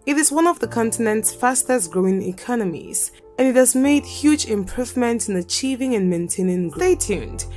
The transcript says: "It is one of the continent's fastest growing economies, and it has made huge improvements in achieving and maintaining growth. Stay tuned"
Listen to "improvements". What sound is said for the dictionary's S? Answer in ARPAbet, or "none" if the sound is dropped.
none